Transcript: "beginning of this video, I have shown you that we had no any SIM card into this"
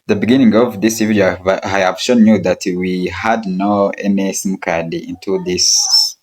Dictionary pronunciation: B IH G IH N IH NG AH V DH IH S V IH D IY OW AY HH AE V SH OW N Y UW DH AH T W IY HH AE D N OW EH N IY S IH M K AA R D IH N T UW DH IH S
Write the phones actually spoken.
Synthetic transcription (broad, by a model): B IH G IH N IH NG AH V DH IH S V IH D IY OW AY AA P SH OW N Y UW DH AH T W IY HH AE D N OW EH N IY S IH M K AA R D IH N T UW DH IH S